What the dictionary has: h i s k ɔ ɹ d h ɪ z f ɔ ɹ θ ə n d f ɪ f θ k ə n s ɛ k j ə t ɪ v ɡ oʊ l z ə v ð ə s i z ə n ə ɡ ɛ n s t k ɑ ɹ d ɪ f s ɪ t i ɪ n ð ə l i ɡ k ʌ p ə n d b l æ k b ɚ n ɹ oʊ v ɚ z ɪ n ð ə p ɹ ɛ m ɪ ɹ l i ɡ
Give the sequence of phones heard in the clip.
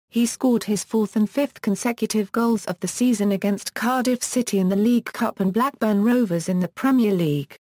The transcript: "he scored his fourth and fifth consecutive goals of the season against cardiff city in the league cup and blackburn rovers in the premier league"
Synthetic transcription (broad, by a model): h i s k ɔ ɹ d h ɪ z f ɔ θ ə n f ɪ f θ k ə n s ɛ k j ə t ɪ v ɡ oʊ l z ə v ð ə s i z ə n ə ɡ ɛ n s k ɑ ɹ d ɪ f s ɪ t i ɪ n ð ə l i ɡ k ʌ p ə n b l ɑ k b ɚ n ɹ oʊ v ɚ z ɪ n ð ə p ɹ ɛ m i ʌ l i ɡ